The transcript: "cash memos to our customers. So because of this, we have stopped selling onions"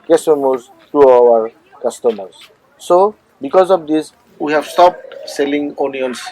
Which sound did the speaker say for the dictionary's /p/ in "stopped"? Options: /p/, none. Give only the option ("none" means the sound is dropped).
/p/